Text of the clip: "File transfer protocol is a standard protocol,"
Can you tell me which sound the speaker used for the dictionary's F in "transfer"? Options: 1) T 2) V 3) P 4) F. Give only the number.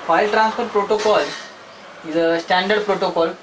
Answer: 3